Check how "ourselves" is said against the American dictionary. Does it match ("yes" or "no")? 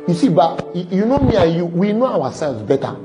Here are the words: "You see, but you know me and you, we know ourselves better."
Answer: no